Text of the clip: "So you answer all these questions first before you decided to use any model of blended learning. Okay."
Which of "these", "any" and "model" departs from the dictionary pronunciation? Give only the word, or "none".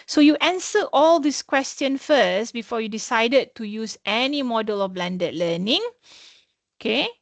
these